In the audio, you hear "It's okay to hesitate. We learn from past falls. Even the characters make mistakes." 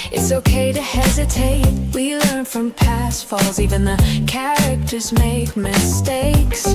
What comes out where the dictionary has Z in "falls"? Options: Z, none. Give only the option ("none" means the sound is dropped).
Z